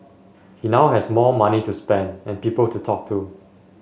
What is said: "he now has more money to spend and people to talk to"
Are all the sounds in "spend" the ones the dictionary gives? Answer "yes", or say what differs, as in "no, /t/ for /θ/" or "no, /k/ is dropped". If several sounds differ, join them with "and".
yes